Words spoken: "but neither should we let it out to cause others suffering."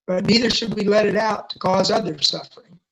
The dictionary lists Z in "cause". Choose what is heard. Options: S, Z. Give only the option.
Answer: Z